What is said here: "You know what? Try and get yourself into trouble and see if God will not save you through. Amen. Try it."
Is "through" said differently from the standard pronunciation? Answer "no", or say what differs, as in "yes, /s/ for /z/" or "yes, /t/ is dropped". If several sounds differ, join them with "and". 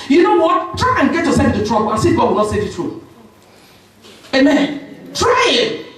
yes, /t/ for /θ/